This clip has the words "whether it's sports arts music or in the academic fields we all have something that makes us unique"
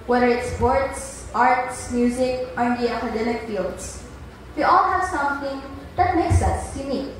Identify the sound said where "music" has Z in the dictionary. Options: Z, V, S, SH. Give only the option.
Z